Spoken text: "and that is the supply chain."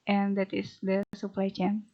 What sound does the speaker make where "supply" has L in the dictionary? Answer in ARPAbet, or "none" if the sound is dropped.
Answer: L